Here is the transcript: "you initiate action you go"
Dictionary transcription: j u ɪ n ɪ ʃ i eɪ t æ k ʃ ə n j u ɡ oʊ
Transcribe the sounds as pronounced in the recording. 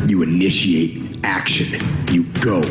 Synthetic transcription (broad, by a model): j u ɪ n ɪ ʃ i eɪ t æ k ʃ ə n j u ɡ oʊ